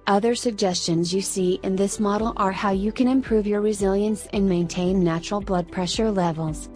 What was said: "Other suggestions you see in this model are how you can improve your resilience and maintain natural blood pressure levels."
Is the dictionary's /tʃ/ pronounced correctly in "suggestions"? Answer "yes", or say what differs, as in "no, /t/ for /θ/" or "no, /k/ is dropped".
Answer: yes